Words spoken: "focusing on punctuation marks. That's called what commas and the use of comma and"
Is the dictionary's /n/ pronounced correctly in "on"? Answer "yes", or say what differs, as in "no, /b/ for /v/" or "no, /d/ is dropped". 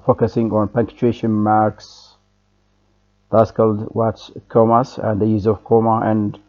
yes